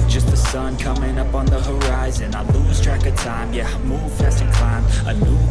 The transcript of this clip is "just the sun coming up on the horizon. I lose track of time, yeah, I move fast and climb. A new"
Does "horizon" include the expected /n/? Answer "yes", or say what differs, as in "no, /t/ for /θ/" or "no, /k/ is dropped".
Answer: yes